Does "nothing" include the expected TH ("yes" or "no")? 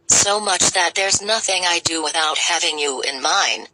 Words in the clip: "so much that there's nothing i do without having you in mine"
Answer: yes